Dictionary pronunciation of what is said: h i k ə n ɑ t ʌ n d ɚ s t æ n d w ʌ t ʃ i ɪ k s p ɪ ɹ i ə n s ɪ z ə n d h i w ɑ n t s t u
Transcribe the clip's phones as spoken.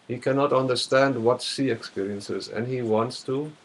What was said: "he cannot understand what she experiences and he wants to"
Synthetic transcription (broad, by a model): h i k ə n ɑ t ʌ n d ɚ s t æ n d w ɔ t s i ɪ k s p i ɹ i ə n s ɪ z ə n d h i w ɑ n t s t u